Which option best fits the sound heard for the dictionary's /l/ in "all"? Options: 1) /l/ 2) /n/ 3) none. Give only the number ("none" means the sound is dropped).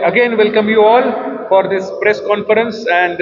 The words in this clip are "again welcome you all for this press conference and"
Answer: 1